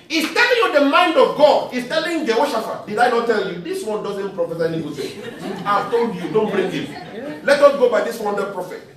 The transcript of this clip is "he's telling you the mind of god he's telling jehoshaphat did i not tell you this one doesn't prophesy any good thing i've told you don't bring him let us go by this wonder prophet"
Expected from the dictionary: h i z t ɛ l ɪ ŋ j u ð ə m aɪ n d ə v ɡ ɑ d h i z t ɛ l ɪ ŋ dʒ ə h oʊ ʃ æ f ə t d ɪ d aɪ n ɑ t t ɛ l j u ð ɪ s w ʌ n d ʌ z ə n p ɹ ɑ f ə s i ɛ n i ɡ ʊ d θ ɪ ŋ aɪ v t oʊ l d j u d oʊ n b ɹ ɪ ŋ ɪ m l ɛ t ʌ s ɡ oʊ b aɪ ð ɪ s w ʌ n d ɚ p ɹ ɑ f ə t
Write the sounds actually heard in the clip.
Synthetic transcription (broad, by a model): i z t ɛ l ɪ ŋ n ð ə m aɪ n d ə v ɡ ɑ d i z t ɛ l ɪ ŋ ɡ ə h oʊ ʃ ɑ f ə d ɪ d aɪ n ɑ t t ɛ l j u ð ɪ s w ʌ n d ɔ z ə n p ɹ ɑ f ə s i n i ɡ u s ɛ aɪ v t oʊ l d j u d oʊ n b ɹ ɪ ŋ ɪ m l ɛ t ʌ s ɡ oʊ b aɪ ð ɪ s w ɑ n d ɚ p ɹ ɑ f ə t